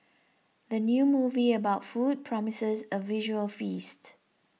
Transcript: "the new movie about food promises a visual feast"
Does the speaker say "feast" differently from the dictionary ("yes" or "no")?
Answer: no